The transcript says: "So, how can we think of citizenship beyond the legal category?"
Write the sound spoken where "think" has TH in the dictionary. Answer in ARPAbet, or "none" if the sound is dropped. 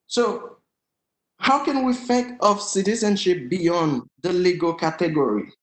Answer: F